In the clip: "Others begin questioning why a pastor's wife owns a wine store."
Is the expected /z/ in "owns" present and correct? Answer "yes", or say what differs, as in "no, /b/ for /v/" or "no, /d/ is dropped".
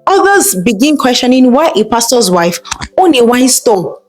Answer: no, /z/ is dropped